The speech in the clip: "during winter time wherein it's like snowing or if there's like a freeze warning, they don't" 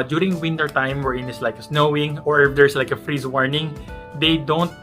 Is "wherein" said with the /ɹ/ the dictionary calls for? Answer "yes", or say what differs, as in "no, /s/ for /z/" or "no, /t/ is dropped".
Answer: yes